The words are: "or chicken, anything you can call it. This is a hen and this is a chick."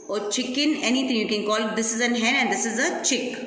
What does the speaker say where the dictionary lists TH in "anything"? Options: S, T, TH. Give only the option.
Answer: T